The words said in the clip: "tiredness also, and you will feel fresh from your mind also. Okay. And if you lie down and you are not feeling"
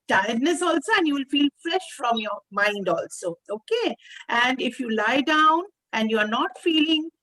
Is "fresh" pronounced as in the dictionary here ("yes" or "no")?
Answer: yes